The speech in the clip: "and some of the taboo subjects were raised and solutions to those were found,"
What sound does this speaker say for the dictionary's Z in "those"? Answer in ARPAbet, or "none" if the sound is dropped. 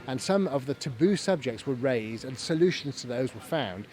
Z